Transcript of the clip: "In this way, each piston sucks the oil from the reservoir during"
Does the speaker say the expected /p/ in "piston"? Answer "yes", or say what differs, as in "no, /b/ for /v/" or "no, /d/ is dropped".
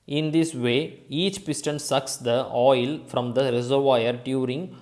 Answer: yes